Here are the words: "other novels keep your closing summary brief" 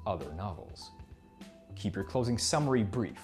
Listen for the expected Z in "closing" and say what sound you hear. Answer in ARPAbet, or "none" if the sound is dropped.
Z